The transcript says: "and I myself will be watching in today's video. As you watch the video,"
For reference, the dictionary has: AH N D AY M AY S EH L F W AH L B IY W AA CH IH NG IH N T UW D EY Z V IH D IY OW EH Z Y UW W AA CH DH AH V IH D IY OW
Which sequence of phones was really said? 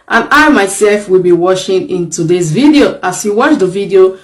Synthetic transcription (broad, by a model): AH N AY M AY S EH L F W AH L B IY W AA SH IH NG IH N T UW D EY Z V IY D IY OW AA S Y UW W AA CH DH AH V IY D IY OW